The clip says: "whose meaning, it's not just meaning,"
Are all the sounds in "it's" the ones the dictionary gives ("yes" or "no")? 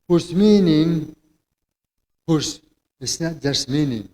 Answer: no